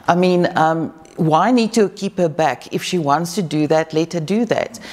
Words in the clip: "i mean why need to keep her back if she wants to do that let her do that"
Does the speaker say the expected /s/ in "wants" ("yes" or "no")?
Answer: yes